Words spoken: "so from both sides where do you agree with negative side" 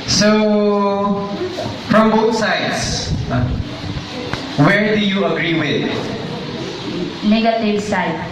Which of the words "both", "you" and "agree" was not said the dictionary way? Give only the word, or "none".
both